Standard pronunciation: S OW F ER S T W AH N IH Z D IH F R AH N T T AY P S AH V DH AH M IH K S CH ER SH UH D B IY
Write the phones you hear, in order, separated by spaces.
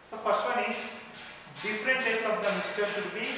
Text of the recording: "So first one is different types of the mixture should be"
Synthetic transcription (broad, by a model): S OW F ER S T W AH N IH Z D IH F R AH N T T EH S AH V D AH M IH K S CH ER SH UH D B IY